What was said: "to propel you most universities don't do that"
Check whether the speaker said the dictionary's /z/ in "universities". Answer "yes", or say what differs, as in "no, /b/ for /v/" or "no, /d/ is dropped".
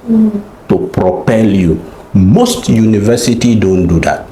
no, /z/ is dropped